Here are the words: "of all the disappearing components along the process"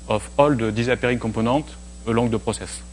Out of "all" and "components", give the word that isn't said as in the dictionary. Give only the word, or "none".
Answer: components